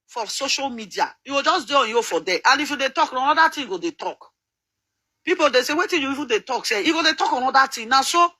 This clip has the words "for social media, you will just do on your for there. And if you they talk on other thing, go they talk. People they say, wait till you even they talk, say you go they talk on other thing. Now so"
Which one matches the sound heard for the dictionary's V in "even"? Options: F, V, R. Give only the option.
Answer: F